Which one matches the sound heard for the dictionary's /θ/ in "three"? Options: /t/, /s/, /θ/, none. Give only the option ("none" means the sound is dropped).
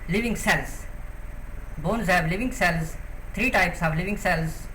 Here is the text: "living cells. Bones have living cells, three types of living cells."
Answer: /t/